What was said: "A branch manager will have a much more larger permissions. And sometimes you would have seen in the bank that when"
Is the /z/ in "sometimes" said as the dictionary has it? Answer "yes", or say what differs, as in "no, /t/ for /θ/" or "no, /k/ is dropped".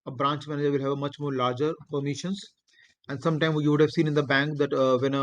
no, /z/ is dropped